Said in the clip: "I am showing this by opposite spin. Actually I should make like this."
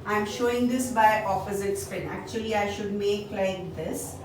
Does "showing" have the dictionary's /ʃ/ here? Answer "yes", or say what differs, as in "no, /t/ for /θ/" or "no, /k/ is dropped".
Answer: yes